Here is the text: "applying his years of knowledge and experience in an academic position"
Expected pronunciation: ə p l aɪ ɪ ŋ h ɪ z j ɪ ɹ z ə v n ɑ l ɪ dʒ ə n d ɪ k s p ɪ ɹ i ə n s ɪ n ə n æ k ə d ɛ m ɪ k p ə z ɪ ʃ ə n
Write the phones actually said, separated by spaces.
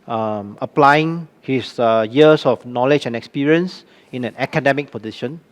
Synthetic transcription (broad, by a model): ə p l aɪ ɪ ŋ h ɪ s j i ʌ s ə f n ɑ l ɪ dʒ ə n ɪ k s p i ɹ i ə n s ɪ n ə n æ k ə d ɛ m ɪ k p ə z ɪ ʃ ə n